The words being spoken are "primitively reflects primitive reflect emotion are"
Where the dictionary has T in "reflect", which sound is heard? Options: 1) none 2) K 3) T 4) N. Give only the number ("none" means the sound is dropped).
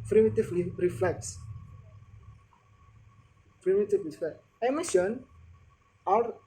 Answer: 1